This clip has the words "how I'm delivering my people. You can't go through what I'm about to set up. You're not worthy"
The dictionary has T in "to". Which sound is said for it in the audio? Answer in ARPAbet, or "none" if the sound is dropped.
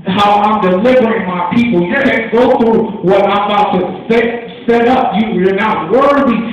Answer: S